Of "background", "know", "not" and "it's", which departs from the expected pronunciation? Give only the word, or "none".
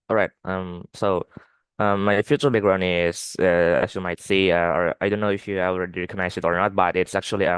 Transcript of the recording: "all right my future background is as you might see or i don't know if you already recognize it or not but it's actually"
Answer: background